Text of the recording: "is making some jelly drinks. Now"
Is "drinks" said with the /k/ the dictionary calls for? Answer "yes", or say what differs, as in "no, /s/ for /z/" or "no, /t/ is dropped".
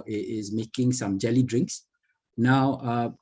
yes